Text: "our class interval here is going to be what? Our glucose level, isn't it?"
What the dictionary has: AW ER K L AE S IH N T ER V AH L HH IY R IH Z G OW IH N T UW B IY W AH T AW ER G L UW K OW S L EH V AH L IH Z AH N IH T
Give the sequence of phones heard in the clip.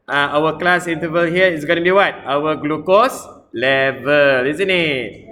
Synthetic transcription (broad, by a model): AW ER K L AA S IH N T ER V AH L HH IY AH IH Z G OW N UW B IY W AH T AW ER G L UW K OW S L EH V AH L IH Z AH N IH T